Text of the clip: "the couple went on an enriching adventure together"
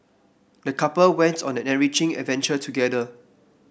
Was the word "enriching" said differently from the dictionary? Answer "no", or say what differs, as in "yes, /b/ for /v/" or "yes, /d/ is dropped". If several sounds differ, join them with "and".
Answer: yes, /n/ is dropped